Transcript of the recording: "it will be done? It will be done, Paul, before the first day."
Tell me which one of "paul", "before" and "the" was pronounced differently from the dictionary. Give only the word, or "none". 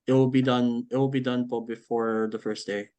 paul